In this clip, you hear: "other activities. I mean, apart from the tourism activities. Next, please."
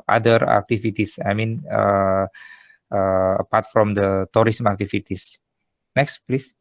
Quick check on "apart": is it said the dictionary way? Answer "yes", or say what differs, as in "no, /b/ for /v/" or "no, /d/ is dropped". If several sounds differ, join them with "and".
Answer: yes